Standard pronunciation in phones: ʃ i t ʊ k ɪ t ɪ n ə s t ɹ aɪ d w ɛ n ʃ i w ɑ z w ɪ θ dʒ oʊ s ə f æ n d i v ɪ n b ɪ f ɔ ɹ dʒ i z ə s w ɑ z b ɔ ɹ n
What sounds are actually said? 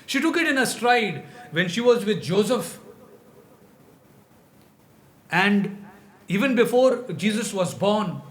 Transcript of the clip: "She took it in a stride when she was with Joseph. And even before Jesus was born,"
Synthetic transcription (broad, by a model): ʃ i t ʊ k ɪ t ɪ n ə s t ɹ aɪ d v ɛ n ʃ i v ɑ z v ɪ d dʒ oʊ s ə f æ n d i v ɪ n b ɪ f ɔ ɹ dʒ i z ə s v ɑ z b ɔ ɹ n